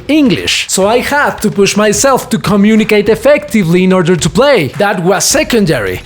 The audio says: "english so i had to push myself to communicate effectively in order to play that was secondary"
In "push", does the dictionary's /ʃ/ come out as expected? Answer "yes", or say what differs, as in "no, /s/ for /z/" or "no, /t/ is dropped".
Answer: yes